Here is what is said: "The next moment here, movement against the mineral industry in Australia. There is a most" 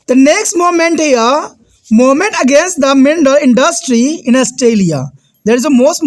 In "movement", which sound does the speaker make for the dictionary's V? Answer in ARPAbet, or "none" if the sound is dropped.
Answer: none